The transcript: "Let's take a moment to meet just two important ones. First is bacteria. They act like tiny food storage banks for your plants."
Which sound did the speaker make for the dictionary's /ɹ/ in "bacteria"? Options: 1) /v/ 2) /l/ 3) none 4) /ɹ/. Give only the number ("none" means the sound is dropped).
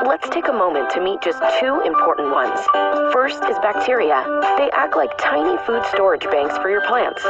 4